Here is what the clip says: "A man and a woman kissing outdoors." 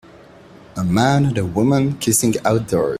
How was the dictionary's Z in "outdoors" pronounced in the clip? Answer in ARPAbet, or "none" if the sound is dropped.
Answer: none